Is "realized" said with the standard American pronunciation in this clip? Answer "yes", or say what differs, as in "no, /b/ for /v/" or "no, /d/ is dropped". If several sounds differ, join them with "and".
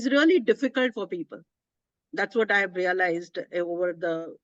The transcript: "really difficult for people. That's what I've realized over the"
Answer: yes